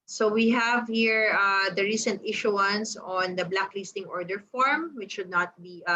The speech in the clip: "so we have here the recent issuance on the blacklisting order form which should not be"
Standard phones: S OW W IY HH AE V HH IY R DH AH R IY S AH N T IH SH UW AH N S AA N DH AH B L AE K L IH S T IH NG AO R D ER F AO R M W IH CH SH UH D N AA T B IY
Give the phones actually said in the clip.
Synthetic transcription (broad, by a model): S OW W IY HH AE V HH IY R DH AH R IY S AH N T IH SH UW AH N S AA N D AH B L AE K L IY S T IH NG AO R D ER F AO R M W IH CH SH UH D N AA T B IY